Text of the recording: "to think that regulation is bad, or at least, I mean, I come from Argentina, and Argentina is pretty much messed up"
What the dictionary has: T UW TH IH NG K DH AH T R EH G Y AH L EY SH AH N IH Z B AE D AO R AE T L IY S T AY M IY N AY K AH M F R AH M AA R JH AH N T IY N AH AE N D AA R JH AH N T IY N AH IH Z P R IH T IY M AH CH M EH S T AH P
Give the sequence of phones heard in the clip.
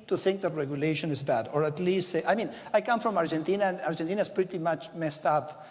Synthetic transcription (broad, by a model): T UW TH IH NG K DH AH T R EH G Y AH L EY SH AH N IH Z B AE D AO R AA T L IY S T AY M IY N AY K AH M F R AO M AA R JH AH N T IY N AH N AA R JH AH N T IY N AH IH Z P R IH T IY M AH CH M EH S T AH P